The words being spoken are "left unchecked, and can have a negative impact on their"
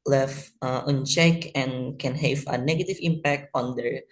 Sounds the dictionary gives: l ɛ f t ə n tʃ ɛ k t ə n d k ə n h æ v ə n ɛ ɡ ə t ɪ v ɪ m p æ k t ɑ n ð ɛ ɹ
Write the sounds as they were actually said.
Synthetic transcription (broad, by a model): l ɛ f t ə n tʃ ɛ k ə n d k ə n h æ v ə n ɛ ɡ ə t ɪ v ɪ m p æ k t ɑ n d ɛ ɹ